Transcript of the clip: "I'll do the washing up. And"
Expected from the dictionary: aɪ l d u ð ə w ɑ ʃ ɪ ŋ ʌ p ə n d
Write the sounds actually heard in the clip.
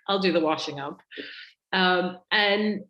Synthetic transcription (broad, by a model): aɪ l d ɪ ð ə w ɑ ʃ ɪ ŋ ʌ p ə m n